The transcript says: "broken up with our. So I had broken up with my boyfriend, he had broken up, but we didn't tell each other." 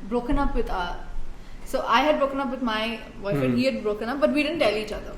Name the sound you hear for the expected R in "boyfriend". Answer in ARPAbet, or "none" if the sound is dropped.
none